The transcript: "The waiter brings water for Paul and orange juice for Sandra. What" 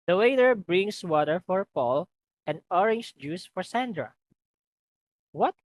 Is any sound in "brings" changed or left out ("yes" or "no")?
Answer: yes